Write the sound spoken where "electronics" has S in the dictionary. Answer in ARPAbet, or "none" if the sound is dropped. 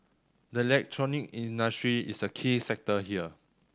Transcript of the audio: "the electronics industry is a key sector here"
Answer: none